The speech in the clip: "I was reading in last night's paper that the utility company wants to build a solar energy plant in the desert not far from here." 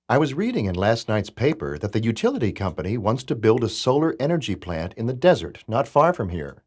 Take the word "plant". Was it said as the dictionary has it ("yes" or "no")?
yes